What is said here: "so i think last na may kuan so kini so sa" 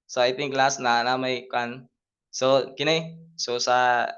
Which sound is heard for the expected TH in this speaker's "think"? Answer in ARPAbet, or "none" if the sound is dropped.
T